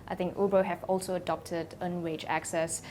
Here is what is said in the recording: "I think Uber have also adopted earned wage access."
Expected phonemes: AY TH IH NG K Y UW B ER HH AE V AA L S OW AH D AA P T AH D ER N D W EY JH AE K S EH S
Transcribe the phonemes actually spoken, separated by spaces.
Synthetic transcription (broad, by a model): AY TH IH NG K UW B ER HH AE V AA L S OW AH D AA P T AH D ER N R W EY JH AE K S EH S